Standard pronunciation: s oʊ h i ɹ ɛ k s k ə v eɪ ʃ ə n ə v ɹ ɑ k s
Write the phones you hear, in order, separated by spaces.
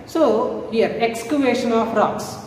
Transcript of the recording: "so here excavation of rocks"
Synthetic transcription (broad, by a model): s oʊ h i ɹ ɛ k s k ə v eɪ ʃ ə n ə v ɹ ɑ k s